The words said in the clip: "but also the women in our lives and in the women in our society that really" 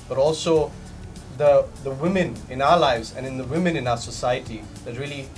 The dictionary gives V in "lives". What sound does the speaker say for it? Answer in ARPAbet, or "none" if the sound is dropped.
V